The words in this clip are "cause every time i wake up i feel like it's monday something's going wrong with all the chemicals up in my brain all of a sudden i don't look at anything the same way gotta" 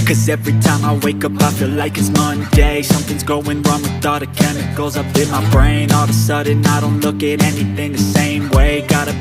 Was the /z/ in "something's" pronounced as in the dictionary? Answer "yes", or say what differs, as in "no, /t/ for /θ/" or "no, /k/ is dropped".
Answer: yes